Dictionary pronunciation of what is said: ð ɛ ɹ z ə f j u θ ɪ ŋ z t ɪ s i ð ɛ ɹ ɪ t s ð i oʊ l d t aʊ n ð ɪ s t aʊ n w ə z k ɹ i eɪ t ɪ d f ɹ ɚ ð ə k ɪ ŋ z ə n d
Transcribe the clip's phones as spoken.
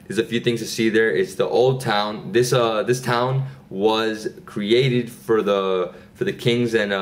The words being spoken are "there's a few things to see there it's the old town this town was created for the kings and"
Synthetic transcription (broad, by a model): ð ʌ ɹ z ə f j u θ ɪ ŋ z t ɪ s i ð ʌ ɹ ɪ t s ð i oʊ l d t aʊ n ð ɪ s t aʊ n w ə z k ɹ i eɪ t ɪ d f ɹ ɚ ð ə k ɪ ŋ z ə n